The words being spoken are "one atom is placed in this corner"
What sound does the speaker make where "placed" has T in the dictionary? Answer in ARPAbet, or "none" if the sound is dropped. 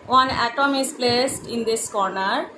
T